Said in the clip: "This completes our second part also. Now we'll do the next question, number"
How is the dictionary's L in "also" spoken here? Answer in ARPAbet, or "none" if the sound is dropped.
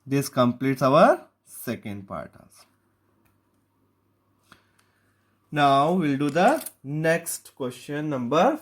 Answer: none